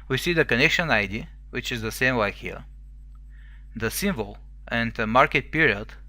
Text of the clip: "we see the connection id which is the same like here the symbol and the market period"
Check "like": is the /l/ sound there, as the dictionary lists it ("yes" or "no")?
no